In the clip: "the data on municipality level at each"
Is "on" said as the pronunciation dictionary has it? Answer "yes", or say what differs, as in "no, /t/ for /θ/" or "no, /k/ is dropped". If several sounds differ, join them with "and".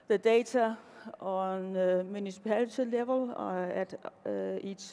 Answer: yes